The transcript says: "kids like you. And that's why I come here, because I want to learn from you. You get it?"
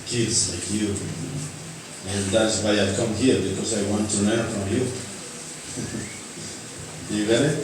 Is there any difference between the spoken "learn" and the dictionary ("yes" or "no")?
yes